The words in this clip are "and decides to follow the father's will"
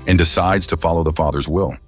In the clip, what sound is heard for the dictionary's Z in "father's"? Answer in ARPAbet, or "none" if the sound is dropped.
Z